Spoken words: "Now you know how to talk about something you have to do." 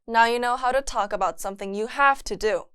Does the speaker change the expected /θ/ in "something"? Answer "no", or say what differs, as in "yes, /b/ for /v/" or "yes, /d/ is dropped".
no